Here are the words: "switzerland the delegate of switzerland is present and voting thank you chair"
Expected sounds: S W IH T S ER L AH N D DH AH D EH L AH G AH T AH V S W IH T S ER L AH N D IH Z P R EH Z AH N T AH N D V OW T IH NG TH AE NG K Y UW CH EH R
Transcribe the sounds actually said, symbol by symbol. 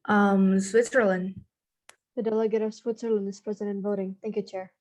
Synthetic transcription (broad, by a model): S W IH T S ER L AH N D DH AH D EH L AH G AH T AH V S W IH T S ER L AH N D IH Z P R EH Z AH T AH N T V OW T IH NG TH AE NG K Y UW CH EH R